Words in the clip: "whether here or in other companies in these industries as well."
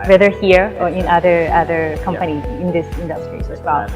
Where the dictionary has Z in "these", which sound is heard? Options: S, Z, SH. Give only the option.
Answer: S